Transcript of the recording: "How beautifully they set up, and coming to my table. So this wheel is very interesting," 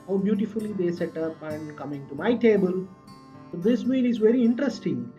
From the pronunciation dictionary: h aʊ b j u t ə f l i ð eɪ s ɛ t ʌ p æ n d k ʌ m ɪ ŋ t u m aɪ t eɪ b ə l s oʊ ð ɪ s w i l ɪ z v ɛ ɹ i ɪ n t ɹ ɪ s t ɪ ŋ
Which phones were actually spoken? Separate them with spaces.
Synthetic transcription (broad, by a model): h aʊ b j u t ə f l i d eɪ s ɛ t ʌ p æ n d k ʌ m ɪ ŋ t u m aɪ t eɪ b ə l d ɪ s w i n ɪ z v ɛ ɹ i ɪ n t ɹ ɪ s t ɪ ŋ